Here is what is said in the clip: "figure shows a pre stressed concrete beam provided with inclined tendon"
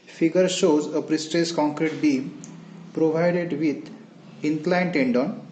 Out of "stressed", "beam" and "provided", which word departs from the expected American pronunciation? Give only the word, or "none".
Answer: stressed